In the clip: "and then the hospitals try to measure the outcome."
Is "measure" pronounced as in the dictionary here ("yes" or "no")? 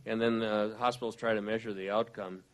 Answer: yes